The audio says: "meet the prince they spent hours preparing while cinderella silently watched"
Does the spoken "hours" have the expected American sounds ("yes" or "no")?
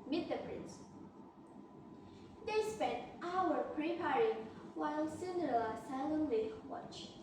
no